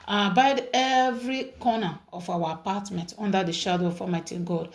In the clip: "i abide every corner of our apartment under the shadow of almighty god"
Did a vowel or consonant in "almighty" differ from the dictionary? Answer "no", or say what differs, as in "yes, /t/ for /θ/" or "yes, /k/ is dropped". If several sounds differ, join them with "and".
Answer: yes, /l/ is dropped